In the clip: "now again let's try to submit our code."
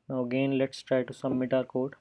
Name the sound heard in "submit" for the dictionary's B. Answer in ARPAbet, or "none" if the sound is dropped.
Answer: none